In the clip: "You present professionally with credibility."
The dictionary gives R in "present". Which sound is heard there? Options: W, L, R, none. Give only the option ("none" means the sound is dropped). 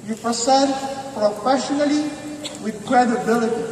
none